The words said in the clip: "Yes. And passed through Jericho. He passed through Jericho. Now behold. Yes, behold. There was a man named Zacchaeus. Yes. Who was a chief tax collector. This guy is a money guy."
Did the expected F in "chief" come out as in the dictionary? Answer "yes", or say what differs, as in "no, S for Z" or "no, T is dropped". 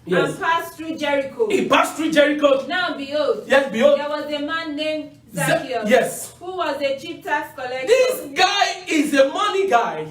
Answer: no, P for F